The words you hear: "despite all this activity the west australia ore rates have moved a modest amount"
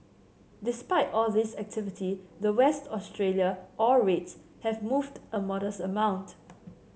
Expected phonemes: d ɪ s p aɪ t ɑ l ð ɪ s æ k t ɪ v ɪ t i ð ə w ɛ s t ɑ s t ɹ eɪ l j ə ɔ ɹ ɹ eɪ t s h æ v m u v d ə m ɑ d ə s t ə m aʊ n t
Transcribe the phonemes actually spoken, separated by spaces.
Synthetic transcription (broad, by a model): d ɪ s p aɪ t ɑ l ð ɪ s æ k t ɪ v ɪ t i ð ə w ɛ s t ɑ s t ɹ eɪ l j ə ɔ l ɹ eɪ t s h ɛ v m u v d ə m ɑ d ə s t ə m aʊ n t